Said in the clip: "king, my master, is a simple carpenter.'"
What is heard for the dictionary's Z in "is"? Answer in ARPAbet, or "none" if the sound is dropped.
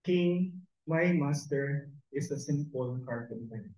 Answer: S